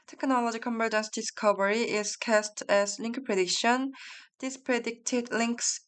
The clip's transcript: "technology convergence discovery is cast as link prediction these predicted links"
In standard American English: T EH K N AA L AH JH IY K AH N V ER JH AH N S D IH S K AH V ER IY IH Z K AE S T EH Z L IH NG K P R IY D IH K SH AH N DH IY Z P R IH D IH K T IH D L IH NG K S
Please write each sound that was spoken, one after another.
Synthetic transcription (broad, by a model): T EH K N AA L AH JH IY K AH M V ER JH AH N S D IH S K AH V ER IY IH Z K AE S T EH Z L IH NG K P R IY D IH K SH AH N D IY S P R IH D IH K T IH D L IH NG K S